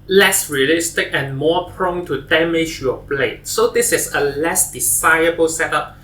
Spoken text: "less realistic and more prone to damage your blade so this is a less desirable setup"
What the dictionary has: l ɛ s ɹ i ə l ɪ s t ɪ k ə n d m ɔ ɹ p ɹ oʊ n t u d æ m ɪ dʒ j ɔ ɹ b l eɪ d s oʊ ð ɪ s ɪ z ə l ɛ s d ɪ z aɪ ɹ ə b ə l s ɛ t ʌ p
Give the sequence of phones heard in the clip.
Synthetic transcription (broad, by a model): l ɛ s ɹ i ə l ɪ s t ɪ k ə n m ɔ p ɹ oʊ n t u d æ m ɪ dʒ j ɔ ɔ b l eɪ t s oʊ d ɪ s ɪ s ə l ɛ s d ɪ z aɪ ə b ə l s ɛ t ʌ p